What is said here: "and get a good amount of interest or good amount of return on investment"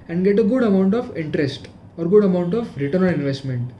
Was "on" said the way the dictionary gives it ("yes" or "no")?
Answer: no